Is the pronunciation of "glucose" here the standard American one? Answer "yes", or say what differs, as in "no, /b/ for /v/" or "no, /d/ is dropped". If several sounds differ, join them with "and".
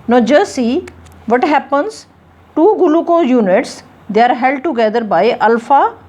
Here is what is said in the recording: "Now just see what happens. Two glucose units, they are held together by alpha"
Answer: no, /s/ is dropped